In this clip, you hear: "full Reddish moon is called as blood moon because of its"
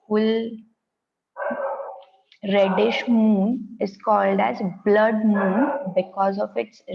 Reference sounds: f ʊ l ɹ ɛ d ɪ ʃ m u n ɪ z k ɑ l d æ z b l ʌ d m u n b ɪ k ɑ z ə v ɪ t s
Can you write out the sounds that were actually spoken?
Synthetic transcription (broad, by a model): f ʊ l ɹ ɛ d ɪ ʃ m u n ɪ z k ɑ l d æ z b l ʌ d m u n b ɪ k ɑ z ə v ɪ t s